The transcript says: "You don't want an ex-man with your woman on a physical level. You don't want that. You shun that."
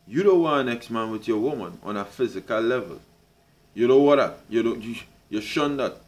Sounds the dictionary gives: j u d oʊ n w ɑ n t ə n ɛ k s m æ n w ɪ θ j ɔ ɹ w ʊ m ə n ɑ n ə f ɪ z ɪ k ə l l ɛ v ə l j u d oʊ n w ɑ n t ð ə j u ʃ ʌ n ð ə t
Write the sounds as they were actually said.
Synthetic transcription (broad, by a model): j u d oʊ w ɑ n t ə n ɛ k s m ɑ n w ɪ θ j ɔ w ʊ m ə n ɑ n ə f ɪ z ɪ k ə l l ɛ v ə l j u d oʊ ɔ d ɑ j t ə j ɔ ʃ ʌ n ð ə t